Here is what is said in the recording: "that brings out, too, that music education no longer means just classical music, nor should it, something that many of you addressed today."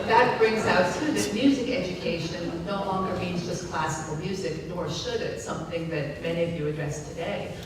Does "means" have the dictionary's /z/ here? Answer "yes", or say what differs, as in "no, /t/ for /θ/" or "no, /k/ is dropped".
yes